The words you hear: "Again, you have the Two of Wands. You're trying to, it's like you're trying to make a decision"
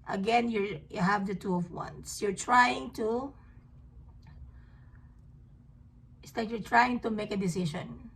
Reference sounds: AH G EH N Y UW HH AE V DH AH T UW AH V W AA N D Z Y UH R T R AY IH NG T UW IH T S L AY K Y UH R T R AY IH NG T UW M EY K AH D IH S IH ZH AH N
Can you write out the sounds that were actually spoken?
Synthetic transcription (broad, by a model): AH G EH N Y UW HH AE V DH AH T UW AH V W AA N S Y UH R T R AY IH NG T UW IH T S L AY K Y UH R T R AY IH NG T UW M EY K AH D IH S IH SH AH N